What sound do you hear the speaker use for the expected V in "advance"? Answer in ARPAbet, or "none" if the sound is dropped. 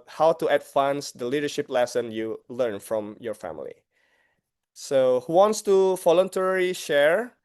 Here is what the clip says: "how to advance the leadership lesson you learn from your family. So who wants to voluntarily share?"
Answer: F